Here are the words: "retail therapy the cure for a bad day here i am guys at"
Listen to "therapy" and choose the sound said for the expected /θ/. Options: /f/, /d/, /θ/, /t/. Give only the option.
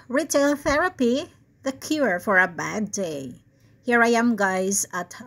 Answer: /θ/